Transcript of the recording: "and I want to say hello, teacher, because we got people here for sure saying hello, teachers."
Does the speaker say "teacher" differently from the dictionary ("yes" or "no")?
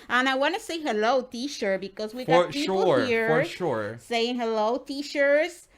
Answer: yes